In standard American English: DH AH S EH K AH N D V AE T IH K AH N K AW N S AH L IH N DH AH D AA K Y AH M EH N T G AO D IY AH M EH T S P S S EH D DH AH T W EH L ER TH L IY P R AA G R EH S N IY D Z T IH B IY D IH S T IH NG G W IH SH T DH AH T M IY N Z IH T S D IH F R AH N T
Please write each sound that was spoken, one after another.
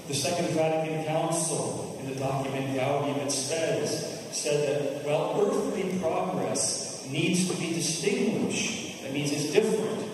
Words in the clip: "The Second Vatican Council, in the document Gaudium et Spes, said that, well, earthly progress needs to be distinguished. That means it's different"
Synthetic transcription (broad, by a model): DH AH S EH K AH N D V AE T IH K AH N K AW N S L IH N DH AH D AA K Y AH M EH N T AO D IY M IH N S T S S EH D DH AH T W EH L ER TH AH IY P R AA G R EH S N IY D Z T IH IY D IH S T IH NG G W IH SH DH AH T M IY N Z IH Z D IH F R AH N T